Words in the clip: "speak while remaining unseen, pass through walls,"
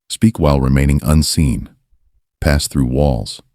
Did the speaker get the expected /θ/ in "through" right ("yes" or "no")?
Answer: yes